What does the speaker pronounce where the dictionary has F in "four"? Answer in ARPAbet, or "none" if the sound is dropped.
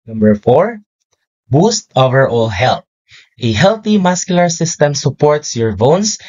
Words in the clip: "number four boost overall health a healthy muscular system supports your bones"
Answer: F